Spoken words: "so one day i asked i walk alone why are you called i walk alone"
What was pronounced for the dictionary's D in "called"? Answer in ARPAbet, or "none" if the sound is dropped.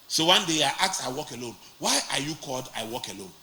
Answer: D